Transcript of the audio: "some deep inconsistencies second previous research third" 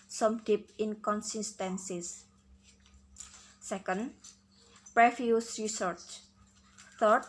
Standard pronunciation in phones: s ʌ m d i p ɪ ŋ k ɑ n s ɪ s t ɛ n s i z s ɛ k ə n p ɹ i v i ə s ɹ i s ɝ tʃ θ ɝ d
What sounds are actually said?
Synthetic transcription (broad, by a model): s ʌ m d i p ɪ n k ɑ n s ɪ s t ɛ n s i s s ɛ k ə n p ɹ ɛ f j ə s ɹ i s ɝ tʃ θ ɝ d